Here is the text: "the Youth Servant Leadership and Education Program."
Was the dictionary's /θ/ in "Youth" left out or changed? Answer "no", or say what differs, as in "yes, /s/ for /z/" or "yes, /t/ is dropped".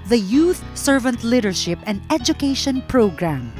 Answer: no